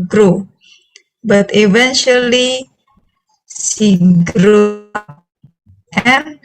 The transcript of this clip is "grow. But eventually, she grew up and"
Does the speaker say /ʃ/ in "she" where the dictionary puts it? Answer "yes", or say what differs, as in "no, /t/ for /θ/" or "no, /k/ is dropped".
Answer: no, /s/ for /ʃ/